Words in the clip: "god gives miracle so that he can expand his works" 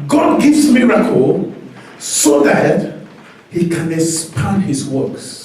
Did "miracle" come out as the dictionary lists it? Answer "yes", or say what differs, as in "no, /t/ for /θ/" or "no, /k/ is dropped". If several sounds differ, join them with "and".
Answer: yes